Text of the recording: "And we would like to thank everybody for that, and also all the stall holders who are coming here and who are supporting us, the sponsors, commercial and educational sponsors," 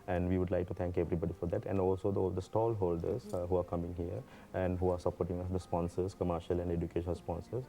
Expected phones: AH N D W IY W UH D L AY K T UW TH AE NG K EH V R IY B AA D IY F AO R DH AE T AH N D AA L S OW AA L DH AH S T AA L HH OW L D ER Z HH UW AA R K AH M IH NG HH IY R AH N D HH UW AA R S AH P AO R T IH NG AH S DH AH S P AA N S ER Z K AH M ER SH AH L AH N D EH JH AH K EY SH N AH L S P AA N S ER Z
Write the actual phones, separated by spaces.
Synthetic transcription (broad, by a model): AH N D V IY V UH D L AY K T UW T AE NG K EH V R IY B AA D IY F AO R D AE T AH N D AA L S OW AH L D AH S T AA L HH OW L D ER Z HH UW AA R K AH M IH NG HH IY R AH N D HH UW AA R S AH P AO R T IH NG AH S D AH S P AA N S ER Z K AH M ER SH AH L AH N D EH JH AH K EY SH AH N S P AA N S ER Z